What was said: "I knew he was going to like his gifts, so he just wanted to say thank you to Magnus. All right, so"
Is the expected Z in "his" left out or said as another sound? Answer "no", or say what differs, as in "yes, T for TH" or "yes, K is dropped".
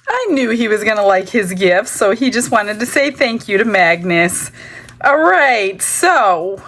no